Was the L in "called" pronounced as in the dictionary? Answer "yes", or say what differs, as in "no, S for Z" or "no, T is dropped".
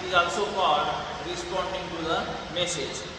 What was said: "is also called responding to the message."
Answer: no, L is dropped